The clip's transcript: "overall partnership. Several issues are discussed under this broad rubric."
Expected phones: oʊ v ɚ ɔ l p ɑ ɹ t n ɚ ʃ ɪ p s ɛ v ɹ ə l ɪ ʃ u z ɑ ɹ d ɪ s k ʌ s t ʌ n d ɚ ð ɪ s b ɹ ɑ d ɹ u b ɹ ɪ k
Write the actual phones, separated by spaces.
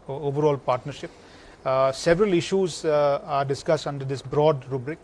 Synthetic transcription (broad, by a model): oʊ v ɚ ɔ l p ɑ ɹ t n ɚ ʃ ɪ p s ɛ v ɹ ə l ɪ ʃ u z ɑ ɹ d ɪ s k ʌ s t ʌ n d ɚ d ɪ s b ɹ ɑ d ɹ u b ɹ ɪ k